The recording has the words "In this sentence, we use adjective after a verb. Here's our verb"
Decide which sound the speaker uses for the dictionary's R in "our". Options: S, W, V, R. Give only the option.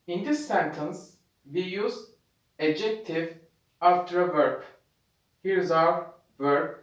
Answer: W